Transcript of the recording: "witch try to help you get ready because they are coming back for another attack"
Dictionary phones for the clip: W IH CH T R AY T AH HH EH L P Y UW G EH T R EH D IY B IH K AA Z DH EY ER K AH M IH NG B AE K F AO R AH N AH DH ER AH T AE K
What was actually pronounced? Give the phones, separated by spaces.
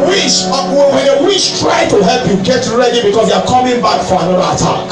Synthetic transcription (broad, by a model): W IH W T R AY T AH HH EH L P Y UW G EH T R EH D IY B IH K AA S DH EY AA K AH M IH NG B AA K F AO R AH N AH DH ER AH T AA K